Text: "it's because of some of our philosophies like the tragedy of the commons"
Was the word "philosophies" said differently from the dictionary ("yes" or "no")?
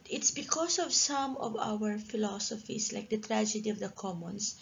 yes